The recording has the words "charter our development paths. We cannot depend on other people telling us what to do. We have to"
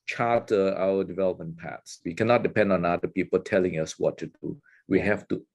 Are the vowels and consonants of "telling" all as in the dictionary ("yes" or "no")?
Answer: yes